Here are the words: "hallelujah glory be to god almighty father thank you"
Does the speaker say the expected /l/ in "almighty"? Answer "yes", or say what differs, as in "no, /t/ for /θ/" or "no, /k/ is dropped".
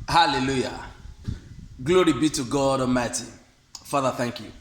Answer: no, /l/ is dropped